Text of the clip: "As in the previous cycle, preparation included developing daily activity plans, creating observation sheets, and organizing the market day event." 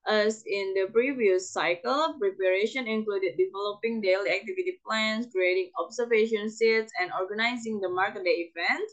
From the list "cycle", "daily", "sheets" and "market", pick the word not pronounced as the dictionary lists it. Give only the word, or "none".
sheets